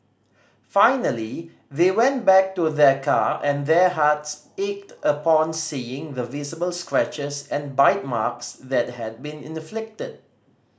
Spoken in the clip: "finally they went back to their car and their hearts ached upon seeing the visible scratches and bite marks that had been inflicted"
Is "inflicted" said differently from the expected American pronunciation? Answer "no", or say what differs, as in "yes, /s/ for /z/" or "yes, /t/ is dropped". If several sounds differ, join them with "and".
no